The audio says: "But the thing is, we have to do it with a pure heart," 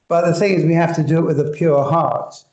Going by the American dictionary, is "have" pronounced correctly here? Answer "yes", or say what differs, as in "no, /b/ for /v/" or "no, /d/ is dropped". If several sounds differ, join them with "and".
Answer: no, /f/ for /v/